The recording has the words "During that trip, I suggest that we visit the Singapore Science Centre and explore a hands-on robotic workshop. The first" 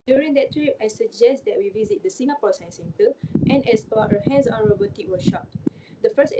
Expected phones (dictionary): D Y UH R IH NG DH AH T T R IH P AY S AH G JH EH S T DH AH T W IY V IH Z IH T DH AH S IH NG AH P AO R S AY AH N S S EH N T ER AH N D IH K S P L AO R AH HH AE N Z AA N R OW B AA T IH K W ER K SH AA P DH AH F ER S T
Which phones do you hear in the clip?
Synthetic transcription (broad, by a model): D Y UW R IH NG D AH T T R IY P AY S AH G JH EH S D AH T W IY V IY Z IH T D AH S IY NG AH P AO S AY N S S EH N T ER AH N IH S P AO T AH HH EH N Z AA N R OW B AA T IH K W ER SH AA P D AH F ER S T